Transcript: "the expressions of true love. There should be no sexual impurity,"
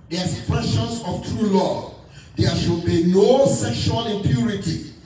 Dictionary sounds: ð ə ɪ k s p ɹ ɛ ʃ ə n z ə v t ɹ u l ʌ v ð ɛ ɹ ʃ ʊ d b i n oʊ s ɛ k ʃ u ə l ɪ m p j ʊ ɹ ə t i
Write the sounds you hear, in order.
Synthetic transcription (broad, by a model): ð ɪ s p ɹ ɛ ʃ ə n s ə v t ɹ u l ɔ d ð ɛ ʃ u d b i n oʊ s ɛ k ʃ u ə l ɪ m p j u ɹ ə t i